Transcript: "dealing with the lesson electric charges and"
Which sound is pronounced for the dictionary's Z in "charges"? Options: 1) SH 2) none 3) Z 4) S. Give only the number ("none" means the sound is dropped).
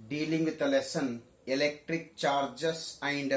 4